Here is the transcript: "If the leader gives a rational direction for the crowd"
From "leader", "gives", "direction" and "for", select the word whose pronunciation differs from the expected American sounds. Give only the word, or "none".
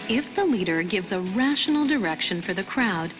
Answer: none